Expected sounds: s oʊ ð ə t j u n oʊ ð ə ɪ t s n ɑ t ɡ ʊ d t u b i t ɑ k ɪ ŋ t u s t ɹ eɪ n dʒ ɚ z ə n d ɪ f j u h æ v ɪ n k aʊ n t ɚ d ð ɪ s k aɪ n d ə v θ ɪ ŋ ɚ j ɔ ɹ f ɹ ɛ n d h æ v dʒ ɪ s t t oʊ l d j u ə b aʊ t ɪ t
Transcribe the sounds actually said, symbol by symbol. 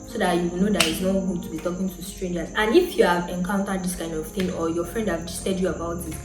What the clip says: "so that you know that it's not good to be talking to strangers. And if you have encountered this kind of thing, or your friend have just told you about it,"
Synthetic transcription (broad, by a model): s oʊ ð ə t j u n oʊ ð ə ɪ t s n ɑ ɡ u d t u b i t ɑ k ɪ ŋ t u s t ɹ eɪ n dʒ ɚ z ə n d ɪ f j u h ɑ v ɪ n k aʊ n t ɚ d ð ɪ s k aɪ n d ə v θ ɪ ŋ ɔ j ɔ f ɹ ɛ n d h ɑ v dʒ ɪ s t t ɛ d j u ə b aʊ t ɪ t